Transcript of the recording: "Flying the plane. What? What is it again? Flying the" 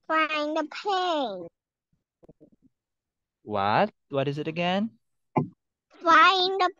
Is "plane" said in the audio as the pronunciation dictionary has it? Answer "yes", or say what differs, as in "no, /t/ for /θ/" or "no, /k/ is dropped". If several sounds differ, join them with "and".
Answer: no, /l/ is dropped